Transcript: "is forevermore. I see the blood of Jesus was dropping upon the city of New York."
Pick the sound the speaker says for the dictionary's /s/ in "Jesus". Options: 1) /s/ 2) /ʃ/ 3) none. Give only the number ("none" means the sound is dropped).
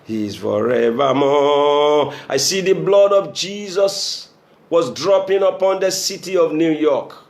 1